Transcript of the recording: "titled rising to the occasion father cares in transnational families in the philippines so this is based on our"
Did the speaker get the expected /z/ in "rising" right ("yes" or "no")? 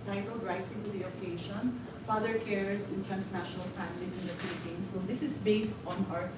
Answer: no